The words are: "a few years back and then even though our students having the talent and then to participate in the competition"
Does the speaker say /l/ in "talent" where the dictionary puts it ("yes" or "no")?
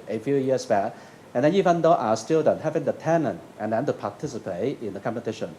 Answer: no